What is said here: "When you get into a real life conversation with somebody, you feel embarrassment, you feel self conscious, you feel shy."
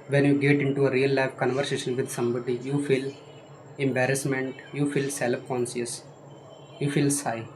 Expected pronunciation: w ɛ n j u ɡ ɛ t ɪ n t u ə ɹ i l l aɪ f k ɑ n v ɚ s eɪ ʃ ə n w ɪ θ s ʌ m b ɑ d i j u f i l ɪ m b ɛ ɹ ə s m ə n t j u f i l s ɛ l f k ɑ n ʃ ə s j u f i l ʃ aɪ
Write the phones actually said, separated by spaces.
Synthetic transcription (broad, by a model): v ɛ n j u ɡ ɛ t ɪ n t u ə ɹ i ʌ l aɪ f k ɑ n v ɚ s eɪ ʃ ə n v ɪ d s ʌ m b ɑ d i j u f i l ɪ m b ɛ ɹ ə s m ə n t j u f i l s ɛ l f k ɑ n s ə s j u f i l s aɪ